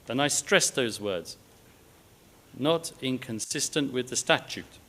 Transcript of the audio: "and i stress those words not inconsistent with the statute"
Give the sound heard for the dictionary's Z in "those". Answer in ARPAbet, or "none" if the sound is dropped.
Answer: Z